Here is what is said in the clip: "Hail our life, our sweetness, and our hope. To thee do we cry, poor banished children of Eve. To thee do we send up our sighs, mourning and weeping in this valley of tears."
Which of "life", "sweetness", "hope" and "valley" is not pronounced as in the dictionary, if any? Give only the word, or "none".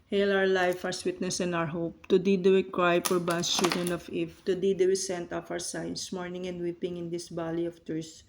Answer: valley